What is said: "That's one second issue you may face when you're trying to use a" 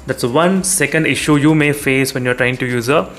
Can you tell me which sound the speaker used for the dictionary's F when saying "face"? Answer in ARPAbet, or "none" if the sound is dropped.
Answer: F